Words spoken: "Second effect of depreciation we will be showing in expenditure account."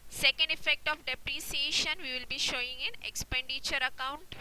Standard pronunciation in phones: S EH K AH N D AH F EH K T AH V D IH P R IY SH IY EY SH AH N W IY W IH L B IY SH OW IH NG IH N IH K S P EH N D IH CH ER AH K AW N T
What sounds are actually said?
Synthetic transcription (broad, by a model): S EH K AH N D AH F EH K T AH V D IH P R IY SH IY EY SH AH N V IY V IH L B IY SH OW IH NG IH N IH K S P EH N D IH CH ER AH K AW N T